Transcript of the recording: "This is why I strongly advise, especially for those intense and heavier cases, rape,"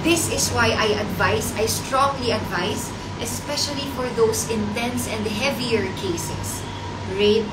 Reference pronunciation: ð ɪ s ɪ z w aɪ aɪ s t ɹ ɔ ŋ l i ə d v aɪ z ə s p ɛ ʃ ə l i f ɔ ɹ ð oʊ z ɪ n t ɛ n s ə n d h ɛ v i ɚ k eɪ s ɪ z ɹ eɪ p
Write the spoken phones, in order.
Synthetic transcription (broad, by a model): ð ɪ s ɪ s w aɪ aɪ s t ɹ ɔ ŋ l i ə d v aɪ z ə s p ɛ ʃ ə l i f ɔ ɹ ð oʊ s ɪ n t ɛ n s ə n d h ɛ v i ɚ k eɪ s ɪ s ɹ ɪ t